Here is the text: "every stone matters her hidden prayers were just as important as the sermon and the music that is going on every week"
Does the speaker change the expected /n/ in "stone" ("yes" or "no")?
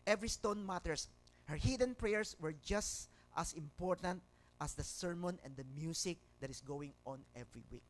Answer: no